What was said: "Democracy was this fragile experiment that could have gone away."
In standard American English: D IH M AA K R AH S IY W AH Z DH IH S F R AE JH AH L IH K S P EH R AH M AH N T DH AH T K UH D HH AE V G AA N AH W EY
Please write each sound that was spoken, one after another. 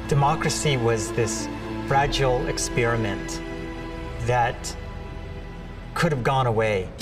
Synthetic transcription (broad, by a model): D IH M AA K R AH S IY W AH Z DH IH S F R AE JH L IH K S P EH R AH M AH N DH AH T K UH D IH V G AA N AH W EY